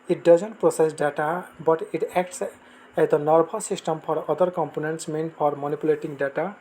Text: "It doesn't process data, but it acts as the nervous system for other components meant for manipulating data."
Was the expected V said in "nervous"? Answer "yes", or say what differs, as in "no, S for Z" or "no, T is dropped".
no, B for V